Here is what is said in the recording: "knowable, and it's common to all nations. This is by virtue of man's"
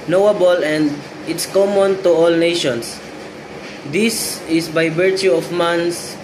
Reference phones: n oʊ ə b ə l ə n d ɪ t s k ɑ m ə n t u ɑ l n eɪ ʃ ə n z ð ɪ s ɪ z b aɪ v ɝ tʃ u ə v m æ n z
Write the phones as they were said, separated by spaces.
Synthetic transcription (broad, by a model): n oʊ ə b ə l ə n d ɪ t s k ɑ m ə n t u ɑ l n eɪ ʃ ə n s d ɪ s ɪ s b aɪ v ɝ tʃ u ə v m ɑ n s